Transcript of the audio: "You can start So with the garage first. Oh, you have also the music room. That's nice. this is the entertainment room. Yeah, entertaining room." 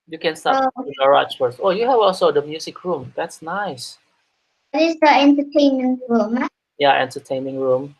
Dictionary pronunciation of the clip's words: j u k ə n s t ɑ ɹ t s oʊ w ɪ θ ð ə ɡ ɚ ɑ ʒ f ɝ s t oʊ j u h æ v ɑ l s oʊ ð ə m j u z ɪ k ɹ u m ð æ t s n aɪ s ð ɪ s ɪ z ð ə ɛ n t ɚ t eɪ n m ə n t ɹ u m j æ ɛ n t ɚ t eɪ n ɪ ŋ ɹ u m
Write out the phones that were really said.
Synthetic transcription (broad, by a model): j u k ə n s t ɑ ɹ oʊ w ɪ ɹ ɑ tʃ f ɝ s oʊ j u h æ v ɑ l s oʊ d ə m j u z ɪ k ɹ u m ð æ t s n aɪ s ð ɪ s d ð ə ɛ n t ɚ t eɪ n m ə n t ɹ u m j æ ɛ n t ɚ t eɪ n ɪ ŋ ɹ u m